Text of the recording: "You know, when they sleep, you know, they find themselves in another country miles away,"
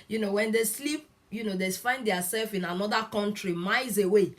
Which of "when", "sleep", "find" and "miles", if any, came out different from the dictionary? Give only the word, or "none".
miles